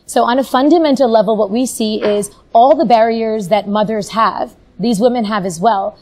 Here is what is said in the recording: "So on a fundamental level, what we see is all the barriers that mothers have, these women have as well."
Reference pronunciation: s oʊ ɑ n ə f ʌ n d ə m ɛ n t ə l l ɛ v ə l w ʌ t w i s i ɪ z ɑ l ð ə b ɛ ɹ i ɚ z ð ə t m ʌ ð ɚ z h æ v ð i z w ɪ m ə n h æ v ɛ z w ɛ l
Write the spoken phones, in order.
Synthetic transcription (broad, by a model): s oʊ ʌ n ə f ʌ n d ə m ɛ n t l l ɛ v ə l w ʌ t w i s i ɪ z ɑ l ð ə b ɛ ɹ i ɚ z ð ə t m ʌ ð ɚ z h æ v ð i z w ɪ m ə n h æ v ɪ z w ɛ l